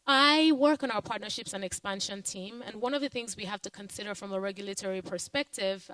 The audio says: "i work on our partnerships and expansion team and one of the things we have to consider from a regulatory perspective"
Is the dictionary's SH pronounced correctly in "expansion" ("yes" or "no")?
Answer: yes